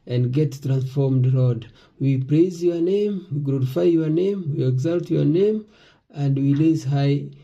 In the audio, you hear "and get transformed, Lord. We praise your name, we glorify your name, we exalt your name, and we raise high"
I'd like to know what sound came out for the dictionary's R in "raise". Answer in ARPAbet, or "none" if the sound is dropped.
L